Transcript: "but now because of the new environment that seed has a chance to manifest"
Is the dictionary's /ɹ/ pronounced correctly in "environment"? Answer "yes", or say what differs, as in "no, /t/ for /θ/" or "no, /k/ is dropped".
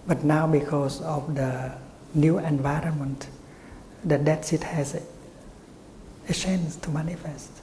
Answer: yes